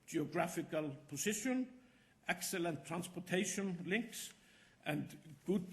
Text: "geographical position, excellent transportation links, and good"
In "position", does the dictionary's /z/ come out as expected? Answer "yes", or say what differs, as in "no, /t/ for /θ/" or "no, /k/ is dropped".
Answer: no, /s/ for /z/